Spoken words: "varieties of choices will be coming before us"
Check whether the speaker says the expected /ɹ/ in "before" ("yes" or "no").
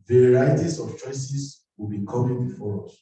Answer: yes